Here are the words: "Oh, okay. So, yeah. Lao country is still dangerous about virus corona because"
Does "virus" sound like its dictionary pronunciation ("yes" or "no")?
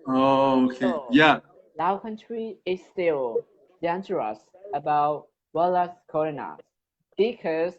no